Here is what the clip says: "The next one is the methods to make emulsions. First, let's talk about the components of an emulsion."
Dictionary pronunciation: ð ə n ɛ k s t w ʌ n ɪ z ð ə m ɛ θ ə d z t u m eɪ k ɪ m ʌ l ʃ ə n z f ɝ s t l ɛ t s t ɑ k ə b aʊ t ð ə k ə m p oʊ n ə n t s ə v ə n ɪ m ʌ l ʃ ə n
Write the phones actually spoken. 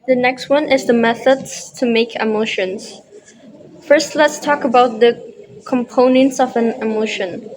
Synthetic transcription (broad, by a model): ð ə n ɛ k s t w ʌ n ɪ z ð ə m ɛ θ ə d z t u m eɪ k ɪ m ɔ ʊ ʃ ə n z f ɝ s t l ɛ t s t ɑ k ə b aʊ t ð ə k ə m p oʊ n ə n t s ə v ə n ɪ m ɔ ʃ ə n